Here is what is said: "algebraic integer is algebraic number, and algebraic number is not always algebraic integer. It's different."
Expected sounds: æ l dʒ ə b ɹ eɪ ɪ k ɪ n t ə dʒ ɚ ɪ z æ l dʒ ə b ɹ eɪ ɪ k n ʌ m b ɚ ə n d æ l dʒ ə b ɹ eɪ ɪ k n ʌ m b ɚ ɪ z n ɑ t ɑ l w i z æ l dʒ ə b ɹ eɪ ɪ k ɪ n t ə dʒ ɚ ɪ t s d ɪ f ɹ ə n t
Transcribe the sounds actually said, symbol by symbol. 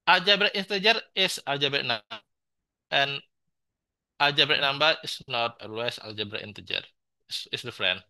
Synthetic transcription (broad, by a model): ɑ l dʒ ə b ɹ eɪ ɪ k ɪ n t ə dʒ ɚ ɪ s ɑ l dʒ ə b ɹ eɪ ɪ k n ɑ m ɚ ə n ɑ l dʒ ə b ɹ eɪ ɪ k n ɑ m b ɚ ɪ s n ɑ t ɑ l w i s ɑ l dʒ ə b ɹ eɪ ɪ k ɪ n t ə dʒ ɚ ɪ s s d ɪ f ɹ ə n